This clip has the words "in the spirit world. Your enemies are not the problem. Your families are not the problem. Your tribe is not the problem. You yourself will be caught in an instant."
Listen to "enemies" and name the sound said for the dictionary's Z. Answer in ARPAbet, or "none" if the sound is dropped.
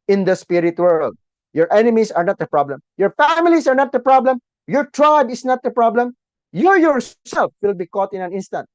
S